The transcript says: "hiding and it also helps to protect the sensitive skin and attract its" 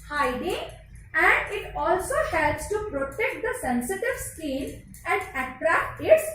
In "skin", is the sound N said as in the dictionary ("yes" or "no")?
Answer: no